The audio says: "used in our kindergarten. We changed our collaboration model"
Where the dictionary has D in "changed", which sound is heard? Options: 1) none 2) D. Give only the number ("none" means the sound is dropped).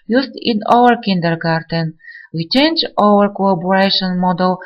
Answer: 1